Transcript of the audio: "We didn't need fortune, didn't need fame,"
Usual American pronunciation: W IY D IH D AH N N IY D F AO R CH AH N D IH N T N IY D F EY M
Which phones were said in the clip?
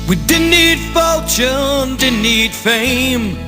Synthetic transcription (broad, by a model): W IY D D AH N N IY D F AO L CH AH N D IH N N IY D F EY M